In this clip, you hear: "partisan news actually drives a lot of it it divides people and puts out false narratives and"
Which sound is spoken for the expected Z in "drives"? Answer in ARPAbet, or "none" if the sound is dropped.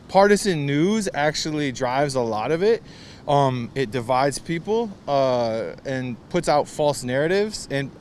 Z